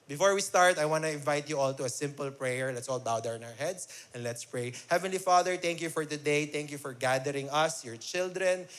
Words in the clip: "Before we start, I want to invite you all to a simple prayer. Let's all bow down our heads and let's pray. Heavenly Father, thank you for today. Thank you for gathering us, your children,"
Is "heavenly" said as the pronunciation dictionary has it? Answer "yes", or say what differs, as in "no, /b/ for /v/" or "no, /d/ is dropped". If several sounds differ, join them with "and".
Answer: yes